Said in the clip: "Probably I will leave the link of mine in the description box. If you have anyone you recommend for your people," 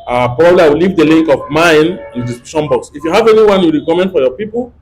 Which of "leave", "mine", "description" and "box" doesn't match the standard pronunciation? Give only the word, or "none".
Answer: description